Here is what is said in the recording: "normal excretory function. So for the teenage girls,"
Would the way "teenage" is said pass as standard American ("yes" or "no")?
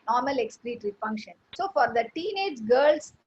yes